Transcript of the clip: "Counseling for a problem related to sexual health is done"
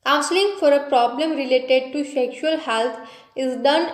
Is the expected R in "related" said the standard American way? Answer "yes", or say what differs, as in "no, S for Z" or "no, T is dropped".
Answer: yes